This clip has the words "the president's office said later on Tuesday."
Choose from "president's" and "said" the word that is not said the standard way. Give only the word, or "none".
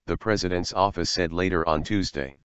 none